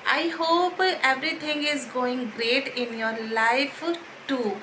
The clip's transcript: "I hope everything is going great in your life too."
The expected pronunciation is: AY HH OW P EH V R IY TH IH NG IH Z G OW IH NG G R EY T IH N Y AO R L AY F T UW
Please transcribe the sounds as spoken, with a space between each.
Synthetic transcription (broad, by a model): AY HH OW P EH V R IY T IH NG IH Z G OW IH NG G R EY T IH N Y AO R L AY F T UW